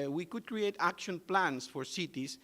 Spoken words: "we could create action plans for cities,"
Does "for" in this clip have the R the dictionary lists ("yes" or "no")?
yes